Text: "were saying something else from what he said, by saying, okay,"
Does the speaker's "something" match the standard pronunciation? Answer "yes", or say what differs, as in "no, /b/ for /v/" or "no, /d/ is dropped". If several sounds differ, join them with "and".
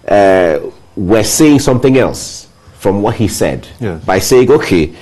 yes